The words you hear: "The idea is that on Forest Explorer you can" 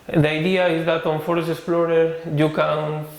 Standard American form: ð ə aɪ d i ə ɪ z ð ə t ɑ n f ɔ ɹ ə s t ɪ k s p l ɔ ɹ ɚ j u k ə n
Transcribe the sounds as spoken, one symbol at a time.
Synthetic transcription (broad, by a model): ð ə aɪ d i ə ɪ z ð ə t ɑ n f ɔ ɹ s ɪ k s p l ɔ ɹ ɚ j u k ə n